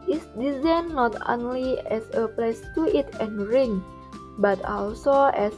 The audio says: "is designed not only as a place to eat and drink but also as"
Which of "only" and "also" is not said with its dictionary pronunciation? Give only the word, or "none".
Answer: none